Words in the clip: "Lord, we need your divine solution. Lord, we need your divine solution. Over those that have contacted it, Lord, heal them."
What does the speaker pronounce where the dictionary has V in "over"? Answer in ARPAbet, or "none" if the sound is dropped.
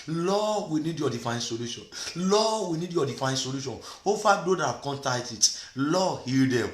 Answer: F